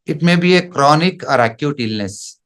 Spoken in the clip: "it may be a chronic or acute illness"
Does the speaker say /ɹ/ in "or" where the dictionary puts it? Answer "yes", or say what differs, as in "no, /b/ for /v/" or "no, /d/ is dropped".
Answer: yes